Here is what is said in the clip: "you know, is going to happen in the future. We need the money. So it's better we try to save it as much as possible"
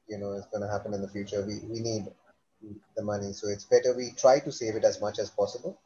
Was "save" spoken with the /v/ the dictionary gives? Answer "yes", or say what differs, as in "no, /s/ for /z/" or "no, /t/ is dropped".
yes